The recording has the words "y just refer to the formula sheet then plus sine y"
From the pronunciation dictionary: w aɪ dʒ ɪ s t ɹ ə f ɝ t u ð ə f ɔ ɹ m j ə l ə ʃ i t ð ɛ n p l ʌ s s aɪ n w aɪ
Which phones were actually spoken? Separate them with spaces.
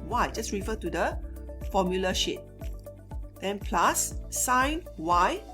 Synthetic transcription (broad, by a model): w aɪ dʒ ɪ s ɹ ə f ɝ t u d ə f ɔ m j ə l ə ʃ i t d ɛ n p l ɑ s s aɪ n w aɪ